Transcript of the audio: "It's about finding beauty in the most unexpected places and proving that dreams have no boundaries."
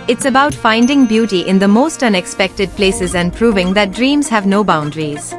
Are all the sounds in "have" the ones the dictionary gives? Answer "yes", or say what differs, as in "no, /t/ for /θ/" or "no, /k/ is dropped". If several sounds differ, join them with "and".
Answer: yes